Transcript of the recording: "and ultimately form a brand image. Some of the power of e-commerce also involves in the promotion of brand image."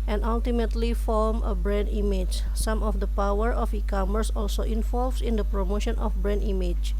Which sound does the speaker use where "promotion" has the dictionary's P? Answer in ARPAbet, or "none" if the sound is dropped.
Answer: P